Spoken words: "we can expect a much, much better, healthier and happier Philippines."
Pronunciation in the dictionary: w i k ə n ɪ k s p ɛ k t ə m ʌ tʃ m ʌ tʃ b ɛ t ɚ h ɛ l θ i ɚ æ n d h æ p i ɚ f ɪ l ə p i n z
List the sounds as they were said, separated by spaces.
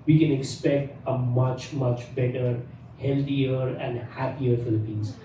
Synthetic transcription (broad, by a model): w i k ə n ɪ k s p ɛ k t ə m ʌ tʃ m ʌ tʃ b ɛ t ɚ h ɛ l t i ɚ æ n d h æ p i ɚ f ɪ l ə p i n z